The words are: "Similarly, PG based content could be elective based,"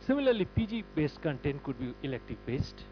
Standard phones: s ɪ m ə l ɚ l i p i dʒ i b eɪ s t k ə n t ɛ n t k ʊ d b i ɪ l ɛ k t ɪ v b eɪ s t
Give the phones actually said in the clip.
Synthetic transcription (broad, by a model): s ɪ m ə l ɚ l i p i dʒ i b eɪ s t k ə n t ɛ n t k ʊ d b i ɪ l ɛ k t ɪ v b eɪ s t